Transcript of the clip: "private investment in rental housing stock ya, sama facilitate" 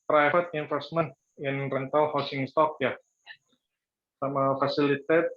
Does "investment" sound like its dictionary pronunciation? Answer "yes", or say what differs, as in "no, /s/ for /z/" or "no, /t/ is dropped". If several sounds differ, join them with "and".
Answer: no, /f/ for /v/